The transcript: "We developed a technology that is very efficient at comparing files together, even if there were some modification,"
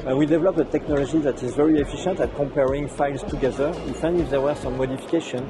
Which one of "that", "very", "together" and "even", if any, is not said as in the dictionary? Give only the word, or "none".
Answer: even